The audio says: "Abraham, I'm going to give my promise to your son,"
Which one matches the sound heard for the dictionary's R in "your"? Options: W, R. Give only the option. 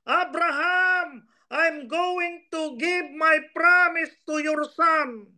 R